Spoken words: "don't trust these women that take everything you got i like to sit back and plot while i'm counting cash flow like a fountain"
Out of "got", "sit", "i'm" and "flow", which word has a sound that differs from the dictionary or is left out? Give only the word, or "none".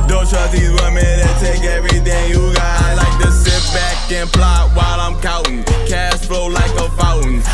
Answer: got